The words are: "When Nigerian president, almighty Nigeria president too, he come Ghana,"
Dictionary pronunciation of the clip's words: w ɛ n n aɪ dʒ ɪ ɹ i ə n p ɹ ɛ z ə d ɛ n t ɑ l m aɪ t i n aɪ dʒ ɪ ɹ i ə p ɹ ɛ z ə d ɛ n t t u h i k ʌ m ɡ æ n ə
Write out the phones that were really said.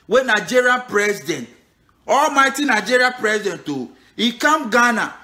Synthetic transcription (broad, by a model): w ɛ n n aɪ dʒ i ɹ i p ɹ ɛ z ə d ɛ n t ɑ l m aɪ t i n aɪ dʒ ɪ ɹ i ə p ɹ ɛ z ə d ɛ n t t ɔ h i k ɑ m ɡ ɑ n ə